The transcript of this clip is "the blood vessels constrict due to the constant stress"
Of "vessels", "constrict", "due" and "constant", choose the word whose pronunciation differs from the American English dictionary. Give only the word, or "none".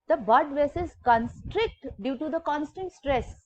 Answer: vessels